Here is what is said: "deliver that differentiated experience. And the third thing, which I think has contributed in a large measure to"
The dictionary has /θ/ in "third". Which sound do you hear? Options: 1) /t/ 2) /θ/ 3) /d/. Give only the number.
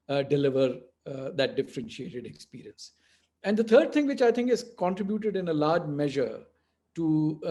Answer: 1